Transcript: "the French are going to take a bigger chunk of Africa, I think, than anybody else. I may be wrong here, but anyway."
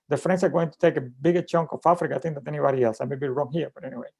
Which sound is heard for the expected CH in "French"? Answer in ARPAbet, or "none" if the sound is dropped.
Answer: S